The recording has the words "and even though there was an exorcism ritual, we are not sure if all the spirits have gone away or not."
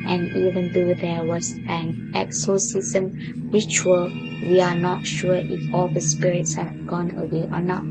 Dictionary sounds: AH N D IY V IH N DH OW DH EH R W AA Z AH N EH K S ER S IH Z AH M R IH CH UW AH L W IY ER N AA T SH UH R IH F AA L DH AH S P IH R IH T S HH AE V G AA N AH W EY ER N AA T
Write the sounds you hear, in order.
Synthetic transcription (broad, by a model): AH N IY V IH N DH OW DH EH W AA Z AH N EH K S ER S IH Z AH M W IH CH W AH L W IY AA N AA T SH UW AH IH F AA L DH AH S P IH R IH T S HH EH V G AA N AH W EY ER N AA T